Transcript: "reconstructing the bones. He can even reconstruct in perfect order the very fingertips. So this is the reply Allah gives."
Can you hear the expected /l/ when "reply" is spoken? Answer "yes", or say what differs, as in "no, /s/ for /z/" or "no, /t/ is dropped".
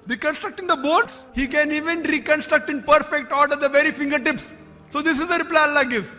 yes